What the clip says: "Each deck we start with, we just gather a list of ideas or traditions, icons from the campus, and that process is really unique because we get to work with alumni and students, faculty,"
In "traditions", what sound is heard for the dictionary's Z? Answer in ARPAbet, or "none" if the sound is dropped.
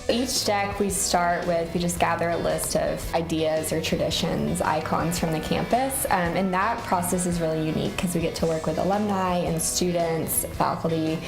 Z